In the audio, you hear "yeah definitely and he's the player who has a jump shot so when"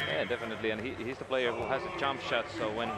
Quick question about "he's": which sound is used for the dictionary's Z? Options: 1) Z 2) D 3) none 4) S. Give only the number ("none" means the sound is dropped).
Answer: 1